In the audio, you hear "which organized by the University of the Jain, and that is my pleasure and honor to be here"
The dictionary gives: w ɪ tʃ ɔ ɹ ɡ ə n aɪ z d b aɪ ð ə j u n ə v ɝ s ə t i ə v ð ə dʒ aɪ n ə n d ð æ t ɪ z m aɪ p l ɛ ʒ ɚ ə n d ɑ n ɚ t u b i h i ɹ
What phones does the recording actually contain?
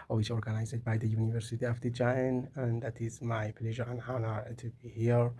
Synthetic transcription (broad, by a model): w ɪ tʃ ɔ ɹ ɡ ə n aɪ z d b aɪ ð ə j u n ə v ɝ s ə t i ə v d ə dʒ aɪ n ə n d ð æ t ɪ z m aɪ p l ɛ ʒ ɚ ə n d ɑ n ɚ t u b i h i ɹ